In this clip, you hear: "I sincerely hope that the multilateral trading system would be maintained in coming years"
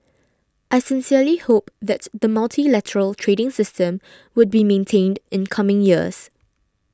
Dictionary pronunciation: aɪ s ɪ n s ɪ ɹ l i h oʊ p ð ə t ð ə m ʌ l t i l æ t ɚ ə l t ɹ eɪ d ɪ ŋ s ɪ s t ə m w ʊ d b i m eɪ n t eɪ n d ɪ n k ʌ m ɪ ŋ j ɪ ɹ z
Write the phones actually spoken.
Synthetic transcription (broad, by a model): aɪ s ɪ n s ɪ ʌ l i h oʊ p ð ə t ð ə m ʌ l t i l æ t ɚ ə l t ɹ eɪ d ɪ ŋ s ɪ s t ə m w ʊ d b i m eɪ n t eɪ n d ɪ n k ʌ m ɪ ŋ j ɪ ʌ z